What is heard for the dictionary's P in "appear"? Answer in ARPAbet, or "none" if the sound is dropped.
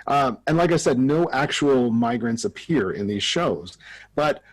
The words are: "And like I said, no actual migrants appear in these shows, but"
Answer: P